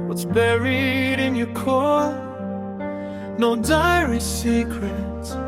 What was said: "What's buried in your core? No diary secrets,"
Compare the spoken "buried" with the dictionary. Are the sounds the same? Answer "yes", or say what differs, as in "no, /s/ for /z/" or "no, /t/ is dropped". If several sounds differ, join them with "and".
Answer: yes